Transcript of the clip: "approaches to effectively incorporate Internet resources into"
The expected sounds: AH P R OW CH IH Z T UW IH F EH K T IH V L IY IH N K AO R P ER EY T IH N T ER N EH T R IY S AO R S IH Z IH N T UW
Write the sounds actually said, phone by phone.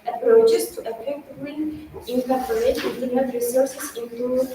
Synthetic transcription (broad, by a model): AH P R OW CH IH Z T UW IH P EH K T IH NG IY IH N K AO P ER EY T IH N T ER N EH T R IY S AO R S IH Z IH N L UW